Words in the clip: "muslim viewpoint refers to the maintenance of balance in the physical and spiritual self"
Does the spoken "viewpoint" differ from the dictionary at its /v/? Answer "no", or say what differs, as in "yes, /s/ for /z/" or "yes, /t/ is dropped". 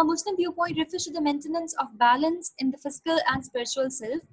yes, /p/ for /v/